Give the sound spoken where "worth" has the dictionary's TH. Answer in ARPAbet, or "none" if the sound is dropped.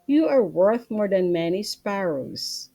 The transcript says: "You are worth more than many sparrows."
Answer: TH